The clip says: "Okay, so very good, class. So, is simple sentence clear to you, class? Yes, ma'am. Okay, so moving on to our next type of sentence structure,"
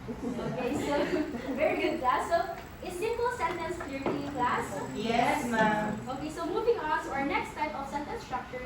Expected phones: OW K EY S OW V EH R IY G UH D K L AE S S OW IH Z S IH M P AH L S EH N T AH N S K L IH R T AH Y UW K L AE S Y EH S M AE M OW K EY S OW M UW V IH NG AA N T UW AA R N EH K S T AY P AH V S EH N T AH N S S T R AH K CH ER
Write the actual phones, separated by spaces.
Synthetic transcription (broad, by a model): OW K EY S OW V EH R IY G UH D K L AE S S OW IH S IH M P AH L S EH N T AH N S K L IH R T AH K L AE S Y EH S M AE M OW K EY S OW M UW V IH NG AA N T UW AA R N EH K S T AY P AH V S EH N T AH N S S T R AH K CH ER